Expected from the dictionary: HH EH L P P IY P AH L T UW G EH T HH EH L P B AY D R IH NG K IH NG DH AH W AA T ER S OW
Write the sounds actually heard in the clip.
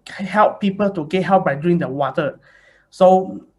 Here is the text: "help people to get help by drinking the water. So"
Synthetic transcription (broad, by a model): HH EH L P P IY P AH L T UW G EH T HH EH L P B AY D UW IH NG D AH W AA T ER S OW